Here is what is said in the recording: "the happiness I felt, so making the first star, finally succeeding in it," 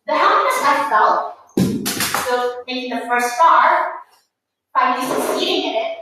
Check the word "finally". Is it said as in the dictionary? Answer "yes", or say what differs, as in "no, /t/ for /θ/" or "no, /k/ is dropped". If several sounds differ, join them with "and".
no, /n/ is dropped and /l/ is dropped